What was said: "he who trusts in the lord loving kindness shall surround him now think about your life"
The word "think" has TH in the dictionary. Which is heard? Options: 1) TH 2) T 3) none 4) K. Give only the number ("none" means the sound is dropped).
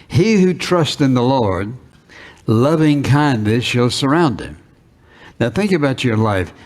1